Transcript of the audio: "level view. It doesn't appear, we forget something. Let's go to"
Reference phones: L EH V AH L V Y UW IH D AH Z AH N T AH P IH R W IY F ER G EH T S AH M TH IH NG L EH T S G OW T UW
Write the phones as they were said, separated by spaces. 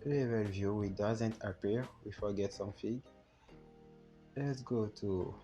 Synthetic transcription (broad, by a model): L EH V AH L V Y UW IH D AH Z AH N T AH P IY R W IY F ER G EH T S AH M F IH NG L EH T S G OW T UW